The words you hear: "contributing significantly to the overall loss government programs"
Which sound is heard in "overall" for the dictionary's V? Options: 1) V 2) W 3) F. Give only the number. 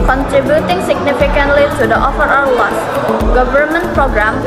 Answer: 3